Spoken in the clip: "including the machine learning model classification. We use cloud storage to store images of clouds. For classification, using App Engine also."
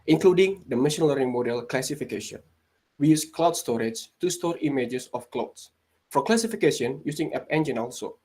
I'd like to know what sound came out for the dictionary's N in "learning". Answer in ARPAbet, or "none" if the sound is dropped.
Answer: none